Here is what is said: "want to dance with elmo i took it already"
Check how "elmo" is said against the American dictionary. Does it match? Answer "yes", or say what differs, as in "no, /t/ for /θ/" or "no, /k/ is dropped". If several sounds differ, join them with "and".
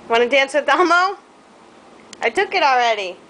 no, /l/ is dropped